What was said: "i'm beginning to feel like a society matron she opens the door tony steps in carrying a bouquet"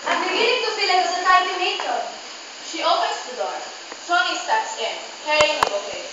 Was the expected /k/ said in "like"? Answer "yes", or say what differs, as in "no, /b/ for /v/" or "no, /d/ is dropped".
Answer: no, /k/ is dropped